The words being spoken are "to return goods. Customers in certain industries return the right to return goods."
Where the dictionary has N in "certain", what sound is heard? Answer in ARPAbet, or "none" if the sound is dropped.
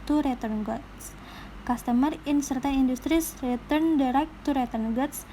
none